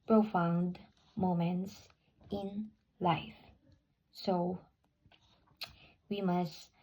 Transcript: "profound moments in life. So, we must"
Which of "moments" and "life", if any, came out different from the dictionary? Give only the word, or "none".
none